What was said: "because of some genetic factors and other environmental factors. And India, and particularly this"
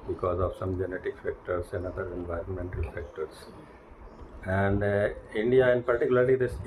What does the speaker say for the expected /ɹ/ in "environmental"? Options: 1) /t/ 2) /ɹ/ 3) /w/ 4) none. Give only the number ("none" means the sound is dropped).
2